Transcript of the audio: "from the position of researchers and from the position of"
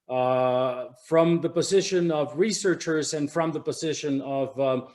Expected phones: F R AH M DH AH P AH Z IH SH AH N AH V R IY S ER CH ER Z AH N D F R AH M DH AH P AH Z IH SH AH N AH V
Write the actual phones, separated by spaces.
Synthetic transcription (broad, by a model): F R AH M DH AH P AH Z IH SH AH N AH V R IY S ER CH ER Z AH N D F R AH M DH AH P AH Z IH SH AH N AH V